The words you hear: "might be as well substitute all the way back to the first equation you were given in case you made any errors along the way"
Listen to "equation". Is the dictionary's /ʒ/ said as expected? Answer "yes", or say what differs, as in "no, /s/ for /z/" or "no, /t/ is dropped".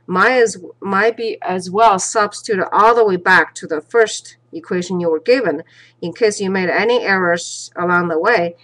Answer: yes